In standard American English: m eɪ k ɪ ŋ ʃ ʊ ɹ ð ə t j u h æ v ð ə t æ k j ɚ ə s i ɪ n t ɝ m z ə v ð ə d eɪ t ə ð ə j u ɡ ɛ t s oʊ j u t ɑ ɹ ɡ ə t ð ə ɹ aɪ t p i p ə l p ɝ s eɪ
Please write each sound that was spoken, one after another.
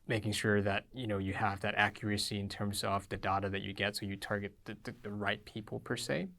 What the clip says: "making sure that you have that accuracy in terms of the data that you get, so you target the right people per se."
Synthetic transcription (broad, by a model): m eɪ k ɪ ŋ ʃ ʊ ɹ ð ə t j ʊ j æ v ð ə t æ k j ɚ ə s i ɪ n t ɝ m z ə v ð ə d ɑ t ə ð ə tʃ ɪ ɡ ɛ t s oʊ j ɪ t ɑ ɹ ɡ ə t ð ə ɹ aɪ t p i p l p ɝ s eɪ